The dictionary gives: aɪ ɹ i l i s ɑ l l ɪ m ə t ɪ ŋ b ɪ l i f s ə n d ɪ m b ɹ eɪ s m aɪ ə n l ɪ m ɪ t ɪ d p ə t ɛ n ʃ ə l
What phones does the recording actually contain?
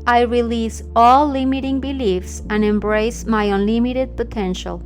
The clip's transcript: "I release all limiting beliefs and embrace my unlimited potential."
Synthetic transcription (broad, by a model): aɪ ɹ i l i s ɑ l l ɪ m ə t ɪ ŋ b ɪ l i f s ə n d ɪ m b ɹ eɪ s m aɪ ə n l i m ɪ t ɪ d p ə t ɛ n ʃ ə l